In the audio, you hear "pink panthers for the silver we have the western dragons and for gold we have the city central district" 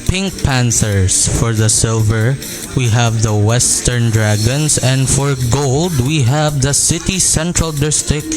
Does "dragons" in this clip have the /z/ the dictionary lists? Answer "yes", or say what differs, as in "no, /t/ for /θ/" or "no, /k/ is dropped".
no, /s/ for /z/